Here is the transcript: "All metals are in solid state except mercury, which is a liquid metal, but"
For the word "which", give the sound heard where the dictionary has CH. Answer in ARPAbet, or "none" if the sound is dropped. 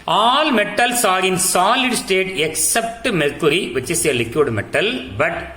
S